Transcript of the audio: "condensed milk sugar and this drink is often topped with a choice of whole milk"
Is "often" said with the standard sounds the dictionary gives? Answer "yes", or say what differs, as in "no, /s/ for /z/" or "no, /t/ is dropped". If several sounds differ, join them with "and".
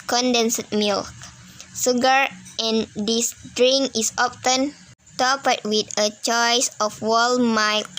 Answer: no, /p/ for /f/